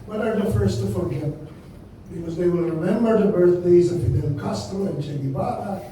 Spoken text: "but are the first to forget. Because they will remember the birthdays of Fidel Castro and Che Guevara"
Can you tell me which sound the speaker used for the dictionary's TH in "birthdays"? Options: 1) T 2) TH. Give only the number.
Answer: 2